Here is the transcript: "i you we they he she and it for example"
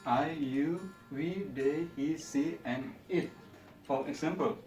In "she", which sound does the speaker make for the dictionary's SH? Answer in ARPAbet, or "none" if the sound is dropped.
S